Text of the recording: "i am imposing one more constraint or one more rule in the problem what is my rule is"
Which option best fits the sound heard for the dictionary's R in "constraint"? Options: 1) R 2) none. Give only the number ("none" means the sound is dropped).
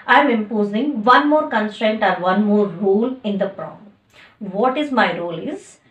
1